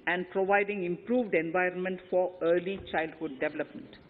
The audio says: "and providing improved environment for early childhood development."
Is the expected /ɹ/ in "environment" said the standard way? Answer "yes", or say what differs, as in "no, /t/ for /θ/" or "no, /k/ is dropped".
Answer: yes